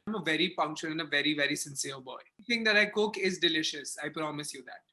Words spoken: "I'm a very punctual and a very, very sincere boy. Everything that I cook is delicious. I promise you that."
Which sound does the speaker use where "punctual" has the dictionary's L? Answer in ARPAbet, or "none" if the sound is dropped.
N